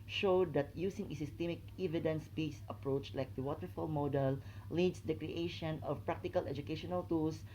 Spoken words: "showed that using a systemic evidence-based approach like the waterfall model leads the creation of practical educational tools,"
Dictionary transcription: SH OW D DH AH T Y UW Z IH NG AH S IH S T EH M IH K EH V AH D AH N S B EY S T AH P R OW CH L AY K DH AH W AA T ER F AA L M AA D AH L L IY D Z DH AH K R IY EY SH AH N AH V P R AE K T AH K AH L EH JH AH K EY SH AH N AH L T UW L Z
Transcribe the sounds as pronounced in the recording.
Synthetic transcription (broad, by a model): SH OW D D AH T Y UW S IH NG AH S IH S T EH M IH K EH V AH D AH N S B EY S AH P R OW CH L AY K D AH W AA T ER F AA L M AA D AH L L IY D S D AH K R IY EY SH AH N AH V P R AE K T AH K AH L EH JH AH K EY SH AH N AH L T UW L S